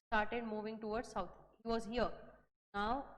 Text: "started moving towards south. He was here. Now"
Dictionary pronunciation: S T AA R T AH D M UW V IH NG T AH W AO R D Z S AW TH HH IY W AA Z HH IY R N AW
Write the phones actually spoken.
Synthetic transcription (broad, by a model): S T AA R T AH D M UW V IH NG T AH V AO R D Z S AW T HH IY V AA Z HH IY R N AW